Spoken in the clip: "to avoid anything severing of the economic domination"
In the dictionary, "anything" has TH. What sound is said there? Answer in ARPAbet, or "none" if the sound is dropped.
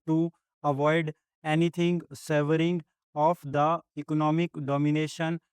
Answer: T